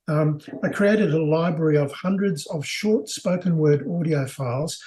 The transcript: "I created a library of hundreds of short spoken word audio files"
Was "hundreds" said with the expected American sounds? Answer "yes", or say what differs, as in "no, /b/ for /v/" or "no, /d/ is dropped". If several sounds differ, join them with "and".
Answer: yes